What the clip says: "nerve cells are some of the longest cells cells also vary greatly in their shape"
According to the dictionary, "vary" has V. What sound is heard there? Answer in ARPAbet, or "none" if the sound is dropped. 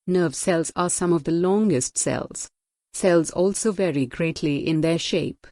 V